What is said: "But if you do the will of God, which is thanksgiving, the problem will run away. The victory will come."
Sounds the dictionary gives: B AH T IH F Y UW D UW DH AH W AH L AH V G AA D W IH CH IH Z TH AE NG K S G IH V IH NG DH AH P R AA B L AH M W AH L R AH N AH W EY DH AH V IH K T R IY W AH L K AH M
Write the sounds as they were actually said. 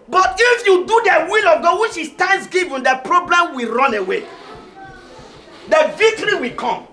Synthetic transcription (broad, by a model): B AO T IH F Y UW D UW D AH W AH L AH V G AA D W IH SH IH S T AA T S G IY V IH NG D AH P R AA B L AH M W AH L R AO N AH W EY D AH V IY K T R IY W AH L K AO M